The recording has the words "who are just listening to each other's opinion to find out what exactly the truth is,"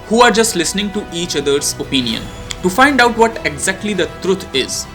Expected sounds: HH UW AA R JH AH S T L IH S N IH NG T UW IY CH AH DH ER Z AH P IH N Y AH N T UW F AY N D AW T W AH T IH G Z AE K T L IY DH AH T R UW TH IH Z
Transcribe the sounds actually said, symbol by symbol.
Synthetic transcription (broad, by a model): HH UW AA R JH AH S T L IH S N IH NG T UW IY CH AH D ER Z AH P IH N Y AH N T UW F AY N D AW T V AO T IH G Z AE K T L IY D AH T R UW T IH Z